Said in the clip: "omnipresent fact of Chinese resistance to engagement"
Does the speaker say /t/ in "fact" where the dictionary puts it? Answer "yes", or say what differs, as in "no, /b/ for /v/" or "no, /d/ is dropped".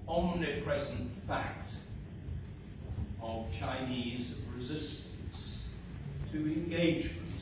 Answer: yes